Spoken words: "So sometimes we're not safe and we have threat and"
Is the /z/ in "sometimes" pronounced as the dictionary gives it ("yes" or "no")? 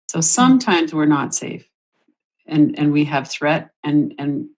yes